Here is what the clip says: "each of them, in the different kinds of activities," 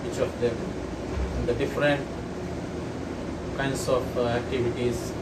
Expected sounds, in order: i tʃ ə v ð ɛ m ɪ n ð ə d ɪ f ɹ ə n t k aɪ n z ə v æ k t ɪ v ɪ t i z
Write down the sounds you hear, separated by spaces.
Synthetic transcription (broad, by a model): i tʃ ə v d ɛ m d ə d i f ɹ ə n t k aɪ n s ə f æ k t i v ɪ t i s